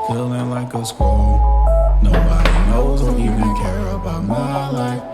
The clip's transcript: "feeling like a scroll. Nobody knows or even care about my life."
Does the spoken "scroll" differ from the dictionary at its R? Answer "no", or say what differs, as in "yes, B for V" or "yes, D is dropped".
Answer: yes, R is dropped